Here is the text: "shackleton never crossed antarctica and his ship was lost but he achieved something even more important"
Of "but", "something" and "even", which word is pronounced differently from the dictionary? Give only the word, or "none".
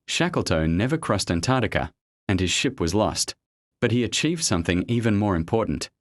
none